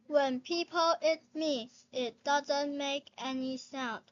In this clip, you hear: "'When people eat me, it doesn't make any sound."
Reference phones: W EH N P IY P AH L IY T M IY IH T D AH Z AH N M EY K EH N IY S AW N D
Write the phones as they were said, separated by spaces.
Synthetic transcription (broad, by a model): W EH N P IY P AH L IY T M IY IH T D AH Z AH N M EY K EH N IY S AW N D